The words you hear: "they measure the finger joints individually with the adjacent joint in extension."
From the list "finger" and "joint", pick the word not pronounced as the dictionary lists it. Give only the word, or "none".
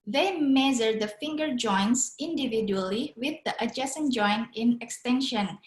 joint